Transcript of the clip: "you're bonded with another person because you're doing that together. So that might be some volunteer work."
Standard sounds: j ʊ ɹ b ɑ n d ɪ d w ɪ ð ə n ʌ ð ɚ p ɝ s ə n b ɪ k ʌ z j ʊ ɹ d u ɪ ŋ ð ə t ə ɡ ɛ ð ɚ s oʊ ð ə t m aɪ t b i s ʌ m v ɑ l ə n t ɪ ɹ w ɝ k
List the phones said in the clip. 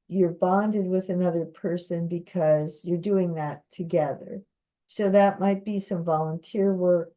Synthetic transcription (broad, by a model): j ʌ ɹ b ɑ n d ɪ d w ɪ ð ə n ʌ ð ɚ p ɝ s ə n b ɪ k ʌ z j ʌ ɹ d u ɪ ŋ ð ə t ə ɡ ɛ ð ɚ s oʊ ð ə t m aɪ t b i s ʌ m v ɑ l ə n t ɪ ɹ w ɝ k